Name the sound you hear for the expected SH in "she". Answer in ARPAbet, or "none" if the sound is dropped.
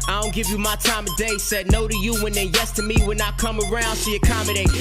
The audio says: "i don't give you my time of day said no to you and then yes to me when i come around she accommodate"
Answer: S